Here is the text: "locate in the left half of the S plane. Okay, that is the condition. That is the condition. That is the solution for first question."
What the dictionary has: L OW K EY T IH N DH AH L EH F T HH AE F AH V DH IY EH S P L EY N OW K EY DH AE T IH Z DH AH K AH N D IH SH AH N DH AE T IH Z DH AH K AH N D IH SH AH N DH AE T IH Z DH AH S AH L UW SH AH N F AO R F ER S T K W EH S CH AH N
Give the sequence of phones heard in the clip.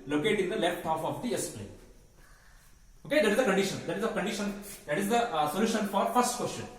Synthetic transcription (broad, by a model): L OW K EY T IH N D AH L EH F T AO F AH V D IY EH S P L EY OW K EY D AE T IH Z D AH K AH N D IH SH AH N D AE T IH Z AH K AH N D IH SH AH N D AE T IH Z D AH S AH L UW SH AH N F AO R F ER S T K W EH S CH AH N